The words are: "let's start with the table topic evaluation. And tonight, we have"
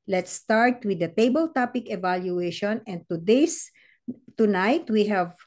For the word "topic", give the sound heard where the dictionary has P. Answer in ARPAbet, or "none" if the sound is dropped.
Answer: P